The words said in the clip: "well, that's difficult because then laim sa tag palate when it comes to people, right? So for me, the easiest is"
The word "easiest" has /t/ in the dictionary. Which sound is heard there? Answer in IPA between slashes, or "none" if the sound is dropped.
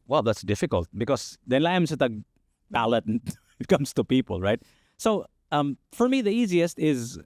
/t/